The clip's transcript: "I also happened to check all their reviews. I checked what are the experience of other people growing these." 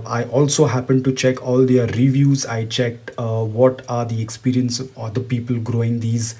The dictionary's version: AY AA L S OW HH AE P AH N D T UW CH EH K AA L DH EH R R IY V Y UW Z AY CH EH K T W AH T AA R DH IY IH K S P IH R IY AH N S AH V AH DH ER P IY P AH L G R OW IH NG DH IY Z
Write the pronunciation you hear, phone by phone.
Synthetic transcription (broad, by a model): AY AA L S OW HH AE P AH N D T UW CH EH K AA L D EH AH R IY V Y UW Z AY CH EH K T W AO T AA R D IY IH K S P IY R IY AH N S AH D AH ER P IY P AH L G R OW IH NG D IY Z